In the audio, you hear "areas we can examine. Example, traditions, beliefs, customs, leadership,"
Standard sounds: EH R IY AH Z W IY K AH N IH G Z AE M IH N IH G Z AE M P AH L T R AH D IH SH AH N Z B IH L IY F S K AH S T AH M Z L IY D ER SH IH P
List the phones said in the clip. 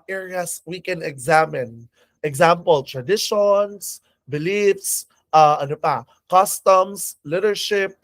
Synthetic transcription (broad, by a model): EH R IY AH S W IY K AH N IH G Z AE M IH N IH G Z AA M P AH L T R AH D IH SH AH N S B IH L IY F S K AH S T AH M S L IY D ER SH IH P